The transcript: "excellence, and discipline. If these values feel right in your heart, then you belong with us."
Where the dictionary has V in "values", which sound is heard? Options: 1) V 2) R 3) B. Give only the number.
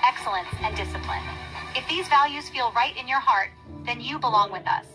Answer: 1